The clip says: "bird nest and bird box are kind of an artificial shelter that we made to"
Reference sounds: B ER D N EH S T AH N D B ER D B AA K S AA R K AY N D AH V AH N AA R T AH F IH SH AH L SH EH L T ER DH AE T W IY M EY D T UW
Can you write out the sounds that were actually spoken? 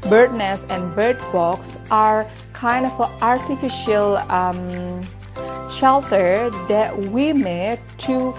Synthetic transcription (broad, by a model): B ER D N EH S AH N D B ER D B AA K S AA R K AY N D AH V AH AA R T AH F IH SH AH L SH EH L T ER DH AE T W IY M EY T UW